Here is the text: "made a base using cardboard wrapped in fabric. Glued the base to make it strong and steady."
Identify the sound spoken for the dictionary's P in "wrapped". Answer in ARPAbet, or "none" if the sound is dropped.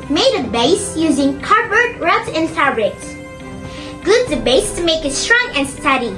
none